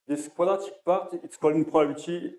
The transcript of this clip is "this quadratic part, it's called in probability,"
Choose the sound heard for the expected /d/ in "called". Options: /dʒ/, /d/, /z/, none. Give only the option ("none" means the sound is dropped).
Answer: none